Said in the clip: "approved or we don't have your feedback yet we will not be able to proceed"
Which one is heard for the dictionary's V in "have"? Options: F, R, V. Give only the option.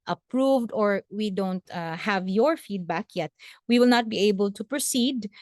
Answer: V